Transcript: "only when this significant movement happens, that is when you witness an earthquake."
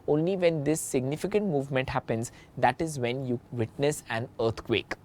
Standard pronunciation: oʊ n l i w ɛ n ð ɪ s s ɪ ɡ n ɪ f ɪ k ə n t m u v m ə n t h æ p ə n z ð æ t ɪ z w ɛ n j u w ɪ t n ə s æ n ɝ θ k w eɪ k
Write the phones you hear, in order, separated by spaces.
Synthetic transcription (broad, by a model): oʊ n l i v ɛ n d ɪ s s ɪ ɡ n ɪ f ɪ k ə n t m u v m ə n t h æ p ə n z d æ t ɪ z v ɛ n j u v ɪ t n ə s æ n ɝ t k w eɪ k